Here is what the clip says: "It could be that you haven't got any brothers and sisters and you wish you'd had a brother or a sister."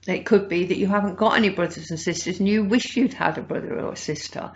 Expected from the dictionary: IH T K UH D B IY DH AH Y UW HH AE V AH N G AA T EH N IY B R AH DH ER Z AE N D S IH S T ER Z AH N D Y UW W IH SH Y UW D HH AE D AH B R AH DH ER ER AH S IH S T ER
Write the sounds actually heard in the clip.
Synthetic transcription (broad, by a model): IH T K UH D B IY DH AH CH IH HH AE V AH N G AA T EH N IY B R AH DH ER Z N S IH S T ER Z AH N Y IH W IH SH Y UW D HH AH D AH B R AH DH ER ER AH S IH S T ER